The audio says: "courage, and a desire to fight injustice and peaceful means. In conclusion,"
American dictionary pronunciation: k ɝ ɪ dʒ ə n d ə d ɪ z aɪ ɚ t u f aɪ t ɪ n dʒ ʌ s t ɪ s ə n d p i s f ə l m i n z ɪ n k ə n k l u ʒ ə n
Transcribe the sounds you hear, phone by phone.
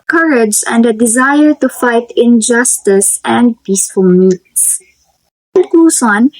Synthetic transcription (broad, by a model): k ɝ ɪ dʒ ə n d ə d ɪ z aɪ ɚ t u f aɪ t ɪ n dʒ ʌ s t ɪ s ə n d p i s f ə l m i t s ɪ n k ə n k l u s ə n